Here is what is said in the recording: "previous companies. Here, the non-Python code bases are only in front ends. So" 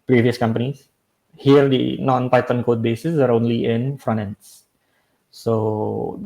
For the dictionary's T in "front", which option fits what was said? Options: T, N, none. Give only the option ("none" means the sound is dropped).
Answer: none